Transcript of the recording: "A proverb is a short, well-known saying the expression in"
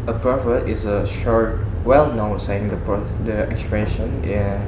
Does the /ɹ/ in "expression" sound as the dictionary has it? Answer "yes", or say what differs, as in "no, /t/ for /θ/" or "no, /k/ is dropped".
no, /ɹ/ is dropped